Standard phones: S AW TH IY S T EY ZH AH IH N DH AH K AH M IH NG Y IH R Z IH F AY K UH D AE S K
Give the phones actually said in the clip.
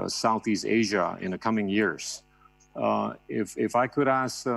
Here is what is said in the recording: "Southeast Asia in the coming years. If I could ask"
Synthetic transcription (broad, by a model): S AW TH IY S T EY ZH AH IH N DH AH K AH M IH NG Y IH R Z IH F AY K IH D AE S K